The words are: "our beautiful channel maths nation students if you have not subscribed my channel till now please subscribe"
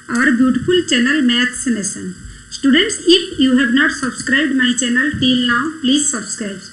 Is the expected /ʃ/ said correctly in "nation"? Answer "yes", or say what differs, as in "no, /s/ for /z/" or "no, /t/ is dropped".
no, /s/ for /ʃ/